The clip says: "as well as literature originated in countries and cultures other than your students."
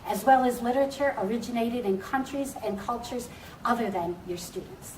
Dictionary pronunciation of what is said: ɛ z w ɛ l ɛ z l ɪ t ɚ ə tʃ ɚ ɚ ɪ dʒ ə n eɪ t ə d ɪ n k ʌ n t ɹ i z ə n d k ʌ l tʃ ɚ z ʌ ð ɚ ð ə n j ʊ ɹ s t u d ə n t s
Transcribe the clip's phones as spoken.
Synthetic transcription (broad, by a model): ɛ z w ɛ l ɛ z l ɪ t ɚ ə tʃ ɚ ɚ ɪ dʒ ə n eɪ t ə d ɪ n k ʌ n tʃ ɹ i z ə n k ʌ l tʃ ɚ z ʌ ð ɚ ð ə n j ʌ ɹ s t u d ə n t s